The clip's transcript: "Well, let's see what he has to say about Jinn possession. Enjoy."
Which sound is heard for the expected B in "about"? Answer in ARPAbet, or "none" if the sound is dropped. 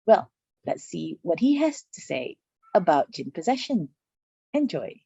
B